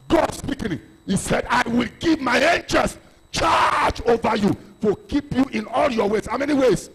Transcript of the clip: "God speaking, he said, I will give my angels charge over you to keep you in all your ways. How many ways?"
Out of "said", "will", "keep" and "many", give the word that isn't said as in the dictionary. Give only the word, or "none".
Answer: none